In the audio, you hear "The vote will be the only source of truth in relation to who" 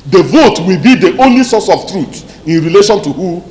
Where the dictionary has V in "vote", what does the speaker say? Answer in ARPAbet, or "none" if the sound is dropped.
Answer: V